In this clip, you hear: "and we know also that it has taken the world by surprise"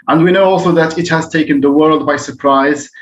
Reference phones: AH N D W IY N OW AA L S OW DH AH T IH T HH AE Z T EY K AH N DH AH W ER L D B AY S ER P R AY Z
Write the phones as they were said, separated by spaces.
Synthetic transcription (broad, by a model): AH N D W IY N OW AA L S OW DH AH T IH T HH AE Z T EY K AH N DH AH W ER L D B AY S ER P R AY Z